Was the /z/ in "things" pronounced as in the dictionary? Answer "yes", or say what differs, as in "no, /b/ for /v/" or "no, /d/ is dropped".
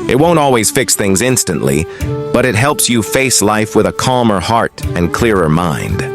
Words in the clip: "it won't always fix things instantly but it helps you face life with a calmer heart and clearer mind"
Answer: yes